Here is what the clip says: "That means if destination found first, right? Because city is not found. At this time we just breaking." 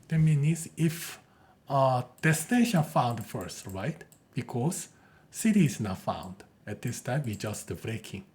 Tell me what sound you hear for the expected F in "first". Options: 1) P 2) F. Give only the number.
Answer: 2